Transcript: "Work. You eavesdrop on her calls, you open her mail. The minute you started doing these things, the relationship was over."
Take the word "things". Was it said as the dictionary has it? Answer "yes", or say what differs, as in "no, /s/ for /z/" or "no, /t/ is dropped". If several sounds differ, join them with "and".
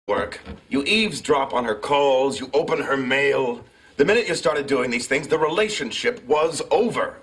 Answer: yes